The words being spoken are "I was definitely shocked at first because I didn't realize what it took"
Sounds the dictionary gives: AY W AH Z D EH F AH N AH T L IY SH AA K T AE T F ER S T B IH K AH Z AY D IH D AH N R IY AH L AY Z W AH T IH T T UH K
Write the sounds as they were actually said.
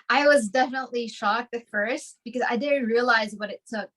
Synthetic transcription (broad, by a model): AY W AH Z D EH F AH N AH T L IY SH AA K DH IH F ER S T B IH K AH Z AY D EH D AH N R IY AH L AY Z W AH T IH T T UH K